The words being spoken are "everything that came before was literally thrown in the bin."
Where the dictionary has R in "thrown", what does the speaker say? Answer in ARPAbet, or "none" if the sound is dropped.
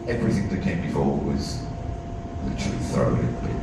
none